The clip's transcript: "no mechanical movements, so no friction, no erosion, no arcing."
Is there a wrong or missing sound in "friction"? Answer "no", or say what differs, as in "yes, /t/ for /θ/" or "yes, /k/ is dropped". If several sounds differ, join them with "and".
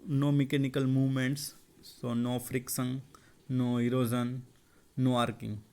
yes, /s/ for /ʃ/